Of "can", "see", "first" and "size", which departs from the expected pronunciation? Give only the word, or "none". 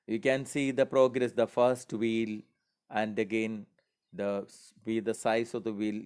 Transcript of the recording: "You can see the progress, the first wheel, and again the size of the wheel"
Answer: size